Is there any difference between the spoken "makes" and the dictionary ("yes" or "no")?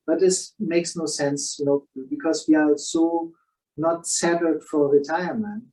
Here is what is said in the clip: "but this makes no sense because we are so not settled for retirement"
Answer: no